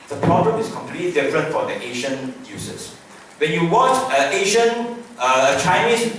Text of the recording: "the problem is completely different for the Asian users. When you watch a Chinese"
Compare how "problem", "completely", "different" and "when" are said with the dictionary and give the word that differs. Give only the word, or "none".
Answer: none